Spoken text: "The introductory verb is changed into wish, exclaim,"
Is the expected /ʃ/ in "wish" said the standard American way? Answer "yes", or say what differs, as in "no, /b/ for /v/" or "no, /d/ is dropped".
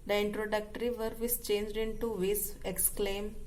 no, /s/ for /ʃ/